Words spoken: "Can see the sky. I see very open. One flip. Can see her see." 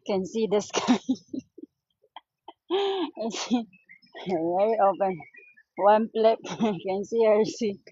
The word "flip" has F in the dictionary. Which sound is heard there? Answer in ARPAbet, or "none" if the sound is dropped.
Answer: P